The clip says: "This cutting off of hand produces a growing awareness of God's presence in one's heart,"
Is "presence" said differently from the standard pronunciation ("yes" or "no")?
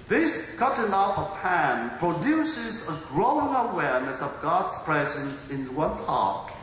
no